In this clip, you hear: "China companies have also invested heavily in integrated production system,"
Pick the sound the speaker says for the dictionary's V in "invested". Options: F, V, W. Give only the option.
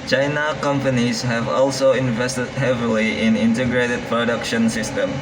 V